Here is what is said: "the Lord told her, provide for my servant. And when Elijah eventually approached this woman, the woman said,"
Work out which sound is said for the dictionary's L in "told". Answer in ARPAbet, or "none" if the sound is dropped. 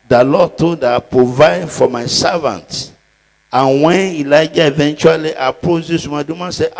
none